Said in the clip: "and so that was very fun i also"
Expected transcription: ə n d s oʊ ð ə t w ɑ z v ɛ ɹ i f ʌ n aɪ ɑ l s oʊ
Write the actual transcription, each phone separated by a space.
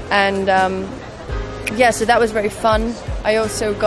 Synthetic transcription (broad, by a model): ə n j s oʊ ð ə t w ɑ z v ɛ ɹ i f ʌ n aɪ ɑ l s oʊ